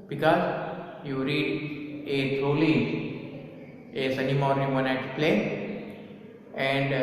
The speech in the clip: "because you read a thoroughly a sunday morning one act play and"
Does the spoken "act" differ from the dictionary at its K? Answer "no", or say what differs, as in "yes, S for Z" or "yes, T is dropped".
yes, K is dropped